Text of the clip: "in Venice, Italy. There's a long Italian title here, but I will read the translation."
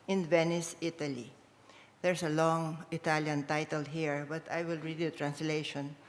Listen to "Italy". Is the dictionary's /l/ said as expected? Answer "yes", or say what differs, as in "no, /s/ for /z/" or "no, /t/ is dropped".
yes